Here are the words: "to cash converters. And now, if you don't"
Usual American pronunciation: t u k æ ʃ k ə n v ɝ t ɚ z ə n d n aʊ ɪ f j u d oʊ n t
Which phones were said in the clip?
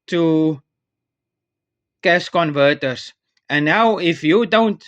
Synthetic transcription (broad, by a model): t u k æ s k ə n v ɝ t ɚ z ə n n aʊ ɪ f j u d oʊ n t